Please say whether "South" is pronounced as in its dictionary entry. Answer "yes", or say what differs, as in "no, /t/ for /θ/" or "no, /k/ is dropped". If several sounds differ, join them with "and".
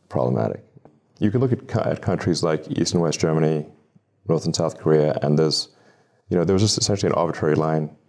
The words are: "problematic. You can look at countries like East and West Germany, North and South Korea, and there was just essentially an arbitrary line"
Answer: yes